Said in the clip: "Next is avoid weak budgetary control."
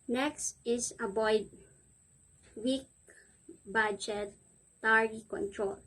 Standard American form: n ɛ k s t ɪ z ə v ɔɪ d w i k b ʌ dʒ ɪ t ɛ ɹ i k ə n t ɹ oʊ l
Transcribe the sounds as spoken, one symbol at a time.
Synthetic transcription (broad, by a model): n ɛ k s t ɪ s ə b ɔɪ d w i k b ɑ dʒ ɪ t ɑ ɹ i k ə n t ɹ oʊ l